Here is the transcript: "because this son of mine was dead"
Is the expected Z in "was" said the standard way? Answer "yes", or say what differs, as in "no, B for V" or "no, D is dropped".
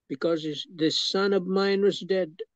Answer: yes